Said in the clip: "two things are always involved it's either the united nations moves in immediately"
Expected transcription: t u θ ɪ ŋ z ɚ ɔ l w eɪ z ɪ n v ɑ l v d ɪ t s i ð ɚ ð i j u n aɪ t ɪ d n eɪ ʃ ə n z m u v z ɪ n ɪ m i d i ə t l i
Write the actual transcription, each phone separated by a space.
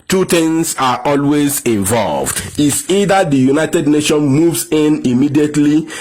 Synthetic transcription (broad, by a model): t u t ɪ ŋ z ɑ ɔ l w eɪ z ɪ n v ɑ l v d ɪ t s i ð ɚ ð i j u n aɪ t ɪ d n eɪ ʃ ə n m u v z ɪ n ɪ m i d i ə t l i